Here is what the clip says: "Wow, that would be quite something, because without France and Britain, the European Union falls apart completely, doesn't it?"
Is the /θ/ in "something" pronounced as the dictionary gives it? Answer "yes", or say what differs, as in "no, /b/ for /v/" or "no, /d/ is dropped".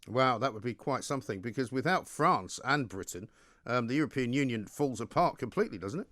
yes